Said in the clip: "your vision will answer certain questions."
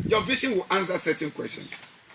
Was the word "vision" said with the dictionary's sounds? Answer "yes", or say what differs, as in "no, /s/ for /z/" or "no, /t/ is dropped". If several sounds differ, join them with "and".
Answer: no, /ʃ/ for /ʒ/